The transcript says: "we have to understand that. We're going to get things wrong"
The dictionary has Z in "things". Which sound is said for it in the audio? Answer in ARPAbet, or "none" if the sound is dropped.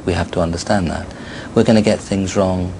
Z